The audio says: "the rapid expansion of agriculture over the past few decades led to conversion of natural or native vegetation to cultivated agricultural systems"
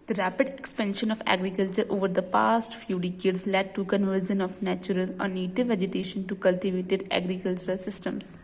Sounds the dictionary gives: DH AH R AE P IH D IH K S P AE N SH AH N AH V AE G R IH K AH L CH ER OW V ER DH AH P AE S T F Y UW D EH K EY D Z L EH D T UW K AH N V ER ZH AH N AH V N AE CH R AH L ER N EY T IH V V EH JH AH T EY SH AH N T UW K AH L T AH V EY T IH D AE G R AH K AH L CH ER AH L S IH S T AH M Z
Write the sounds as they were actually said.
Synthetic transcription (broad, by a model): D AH R AE P IH D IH K S P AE N SH AH N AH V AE G R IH K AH L CH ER OW V ER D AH P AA S T F Y UW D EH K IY D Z L EH D T UW K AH N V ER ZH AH N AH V N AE CH R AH L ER N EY T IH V V EH JH AH T EY SH AH N T UW K AH L T AH V EY T IH D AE G R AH K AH L CH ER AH L S IH S T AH M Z